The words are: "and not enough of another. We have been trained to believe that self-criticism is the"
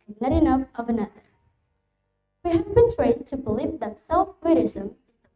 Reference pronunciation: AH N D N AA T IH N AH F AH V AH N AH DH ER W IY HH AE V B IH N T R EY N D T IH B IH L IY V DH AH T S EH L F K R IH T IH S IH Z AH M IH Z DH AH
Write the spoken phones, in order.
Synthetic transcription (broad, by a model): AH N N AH T IH N AH F AH V AH N AH DH ER W IY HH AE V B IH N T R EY D T IH B IH L IY V DH AH T S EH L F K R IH T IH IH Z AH M IH Z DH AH